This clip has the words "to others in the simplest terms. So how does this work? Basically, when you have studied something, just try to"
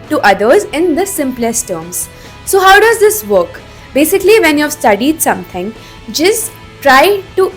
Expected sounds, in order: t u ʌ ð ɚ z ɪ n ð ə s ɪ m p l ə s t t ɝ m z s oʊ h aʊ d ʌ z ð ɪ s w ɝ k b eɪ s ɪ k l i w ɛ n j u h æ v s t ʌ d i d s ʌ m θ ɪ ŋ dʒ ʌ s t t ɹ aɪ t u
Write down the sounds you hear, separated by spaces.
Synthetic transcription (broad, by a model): t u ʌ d ɚ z ɪ n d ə s ɪ m p l ə s t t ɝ m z s oʊ h aʊ d ʌ z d ɪ s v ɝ k b eɪ s ɪ k l i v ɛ n j u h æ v s t ʌ d i d s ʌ m t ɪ ŋ dʒ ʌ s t t ɹ aɪ t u